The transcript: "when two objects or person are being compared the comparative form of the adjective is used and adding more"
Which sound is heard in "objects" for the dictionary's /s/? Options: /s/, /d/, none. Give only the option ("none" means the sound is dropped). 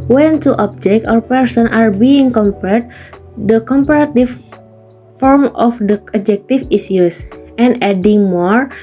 none